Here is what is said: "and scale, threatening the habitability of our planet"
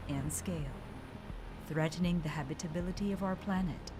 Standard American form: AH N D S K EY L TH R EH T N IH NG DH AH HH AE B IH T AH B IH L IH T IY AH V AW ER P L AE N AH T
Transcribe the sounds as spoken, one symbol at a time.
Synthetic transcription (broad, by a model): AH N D S K EY L TH R EH T N IH NG DH AH HH AE B IH T AH B IH L IH T IY AH V AW ER P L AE N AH T